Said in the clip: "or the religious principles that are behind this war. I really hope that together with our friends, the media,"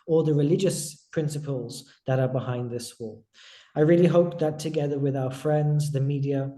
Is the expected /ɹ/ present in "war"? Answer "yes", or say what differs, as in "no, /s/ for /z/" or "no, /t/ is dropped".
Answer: no, /l/ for /ɹ/